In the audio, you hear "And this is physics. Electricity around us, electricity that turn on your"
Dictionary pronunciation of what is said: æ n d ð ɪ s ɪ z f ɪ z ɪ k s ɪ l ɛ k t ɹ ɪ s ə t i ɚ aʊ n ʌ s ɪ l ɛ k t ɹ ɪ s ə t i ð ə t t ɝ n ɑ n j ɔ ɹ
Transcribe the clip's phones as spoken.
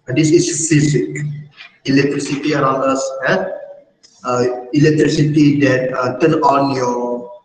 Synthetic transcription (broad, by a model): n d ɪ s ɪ s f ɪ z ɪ k ɪ l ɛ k t ɹ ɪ s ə t i ɚ aʊ n ʌ s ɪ l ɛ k t ɹ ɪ s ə t i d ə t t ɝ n ɑ n j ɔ